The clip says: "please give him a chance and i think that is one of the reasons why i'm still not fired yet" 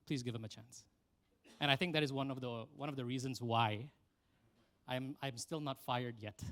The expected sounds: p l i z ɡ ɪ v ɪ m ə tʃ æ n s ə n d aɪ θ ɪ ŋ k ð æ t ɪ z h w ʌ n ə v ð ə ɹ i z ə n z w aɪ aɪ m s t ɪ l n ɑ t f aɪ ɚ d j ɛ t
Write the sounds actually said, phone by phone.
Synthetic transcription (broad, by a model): p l i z ɡ ɪ v ɪ m ə tʃ æ n s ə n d aɪ θ ɪ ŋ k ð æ t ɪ z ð w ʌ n ə v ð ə ɹ i z ə n z w aɪ aɪ m s t ɪ l n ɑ t f aɪ ɚ d j ɛ t